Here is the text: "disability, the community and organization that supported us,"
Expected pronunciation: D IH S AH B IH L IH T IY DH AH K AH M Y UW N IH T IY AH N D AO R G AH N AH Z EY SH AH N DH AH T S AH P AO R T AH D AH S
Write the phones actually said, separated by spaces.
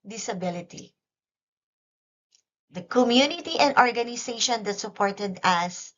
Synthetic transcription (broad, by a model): D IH S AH B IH L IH T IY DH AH K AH M Y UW N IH T IY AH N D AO R G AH N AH S EY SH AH N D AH T S AH P AO R T AH D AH S